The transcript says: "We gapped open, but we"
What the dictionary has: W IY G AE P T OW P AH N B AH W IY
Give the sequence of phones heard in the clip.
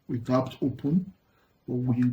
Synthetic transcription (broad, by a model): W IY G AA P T OW P AH N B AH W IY